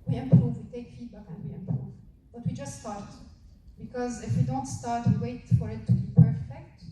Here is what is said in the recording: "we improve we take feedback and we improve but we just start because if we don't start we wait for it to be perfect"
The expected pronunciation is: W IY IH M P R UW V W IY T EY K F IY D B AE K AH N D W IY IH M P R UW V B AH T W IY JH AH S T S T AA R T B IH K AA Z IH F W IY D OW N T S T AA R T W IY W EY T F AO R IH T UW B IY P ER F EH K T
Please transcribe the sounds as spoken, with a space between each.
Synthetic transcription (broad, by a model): W IY IH M P R UW V W IY T EY K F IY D B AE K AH N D W IY IH M P R UW V B AH T W IY JH AH S T S T AA R T B IH K AA Z IH F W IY D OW N T S T AA R T W IY W EY T F AO R IH T UW B IY P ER F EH K T